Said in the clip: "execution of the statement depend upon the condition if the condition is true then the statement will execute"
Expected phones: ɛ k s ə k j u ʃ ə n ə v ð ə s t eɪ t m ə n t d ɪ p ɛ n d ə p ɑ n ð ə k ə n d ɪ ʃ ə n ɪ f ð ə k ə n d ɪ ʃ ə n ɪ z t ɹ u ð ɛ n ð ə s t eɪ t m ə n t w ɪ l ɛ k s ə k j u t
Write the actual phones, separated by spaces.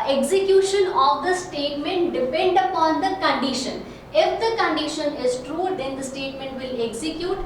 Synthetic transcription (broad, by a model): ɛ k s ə k j u ʃ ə n ə v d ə s t eɪ t m ə n t d ɪ p ɛ n d ə p ɑ n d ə k ə n d ɪ ʃ ə n ɪ f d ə k ə n d ɪ ʃ ə n ɪ z t ɹ u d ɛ n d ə s t eɪ t m ə n t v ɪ l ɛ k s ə k j u t